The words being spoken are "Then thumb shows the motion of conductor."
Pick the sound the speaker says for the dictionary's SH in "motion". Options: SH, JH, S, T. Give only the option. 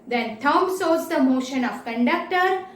SH